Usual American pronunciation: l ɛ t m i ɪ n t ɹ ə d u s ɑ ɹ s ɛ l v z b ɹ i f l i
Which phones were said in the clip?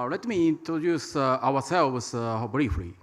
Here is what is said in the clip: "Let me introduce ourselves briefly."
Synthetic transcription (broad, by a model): l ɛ t m i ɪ n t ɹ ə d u s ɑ w s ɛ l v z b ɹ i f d i